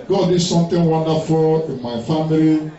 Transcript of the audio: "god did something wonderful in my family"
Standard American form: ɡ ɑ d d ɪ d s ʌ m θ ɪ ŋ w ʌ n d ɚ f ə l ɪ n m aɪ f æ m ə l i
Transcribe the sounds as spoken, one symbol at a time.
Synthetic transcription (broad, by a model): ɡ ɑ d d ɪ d s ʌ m t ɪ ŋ w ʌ n d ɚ f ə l ɪ n m aɪ f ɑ m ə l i